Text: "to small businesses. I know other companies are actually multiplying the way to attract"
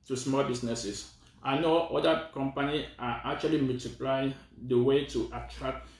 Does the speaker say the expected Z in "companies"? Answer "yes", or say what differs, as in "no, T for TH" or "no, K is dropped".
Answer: no, Z is dropped